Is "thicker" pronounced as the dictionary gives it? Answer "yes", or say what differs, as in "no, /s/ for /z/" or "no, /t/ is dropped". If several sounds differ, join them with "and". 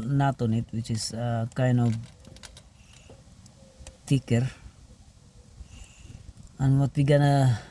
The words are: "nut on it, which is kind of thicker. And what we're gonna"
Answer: no, /t/ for /θ/